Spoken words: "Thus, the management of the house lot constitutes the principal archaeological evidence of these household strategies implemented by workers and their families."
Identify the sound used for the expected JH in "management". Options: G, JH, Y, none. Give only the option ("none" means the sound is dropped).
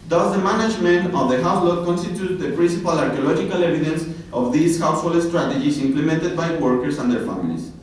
JH